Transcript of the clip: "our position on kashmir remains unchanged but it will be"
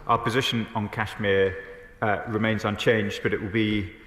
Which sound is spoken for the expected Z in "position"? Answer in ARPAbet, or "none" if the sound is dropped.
Z